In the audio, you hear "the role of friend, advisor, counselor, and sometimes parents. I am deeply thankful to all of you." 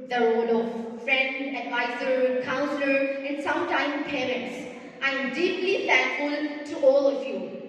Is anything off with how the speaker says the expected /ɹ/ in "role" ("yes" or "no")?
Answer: yes